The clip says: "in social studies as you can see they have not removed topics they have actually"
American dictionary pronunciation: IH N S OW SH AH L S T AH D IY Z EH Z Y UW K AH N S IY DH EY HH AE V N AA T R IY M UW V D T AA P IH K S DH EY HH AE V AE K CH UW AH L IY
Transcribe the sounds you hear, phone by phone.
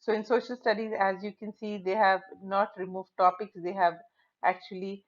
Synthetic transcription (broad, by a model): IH N S OW SH AH L S T AH D IY Z EH Z Y UW K AH N S IY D EY HH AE V N AA T R IY M UW V D T AA P IH K S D EY HH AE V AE K CH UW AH L IY